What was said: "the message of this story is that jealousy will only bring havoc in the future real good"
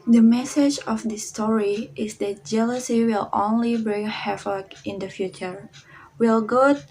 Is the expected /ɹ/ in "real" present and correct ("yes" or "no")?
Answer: no